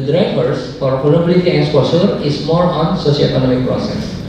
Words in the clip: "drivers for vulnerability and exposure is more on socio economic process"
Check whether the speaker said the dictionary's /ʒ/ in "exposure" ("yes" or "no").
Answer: no